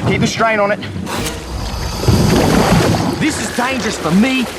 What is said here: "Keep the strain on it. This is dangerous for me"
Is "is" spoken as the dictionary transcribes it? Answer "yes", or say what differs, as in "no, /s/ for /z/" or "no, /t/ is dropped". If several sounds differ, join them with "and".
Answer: yes